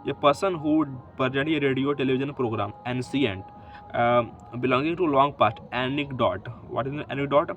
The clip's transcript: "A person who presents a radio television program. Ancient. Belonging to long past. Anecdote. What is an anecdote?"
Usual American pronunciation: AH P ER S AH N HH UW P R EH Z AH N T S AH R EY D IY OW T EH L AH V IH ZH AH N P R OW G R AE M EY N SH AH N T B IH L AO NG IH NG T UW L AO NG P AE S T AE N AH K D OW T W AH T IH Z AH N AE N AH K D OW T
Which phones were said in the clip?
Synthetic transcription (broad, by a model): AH P ER S AH N HH UW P R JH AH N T AH R EY D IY OW T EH L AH V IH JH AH N P R OW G R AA M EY N S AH N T B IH L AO NG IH NG T UW L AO NG P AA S T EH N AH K D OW T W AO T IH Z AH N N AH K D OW T